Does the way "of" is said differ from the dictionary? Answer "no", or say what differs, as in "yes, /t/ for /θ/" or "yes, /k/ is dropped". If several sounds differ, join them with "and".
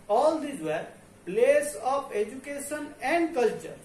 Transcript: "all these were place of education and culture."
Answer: yes, /p/ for /v/